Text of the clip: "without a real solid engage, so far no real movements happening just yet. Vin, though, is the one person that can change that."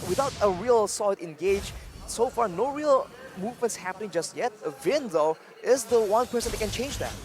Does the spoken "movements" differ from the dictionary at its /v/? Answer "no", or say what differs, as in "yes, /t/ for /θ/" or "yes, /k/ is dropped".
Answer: no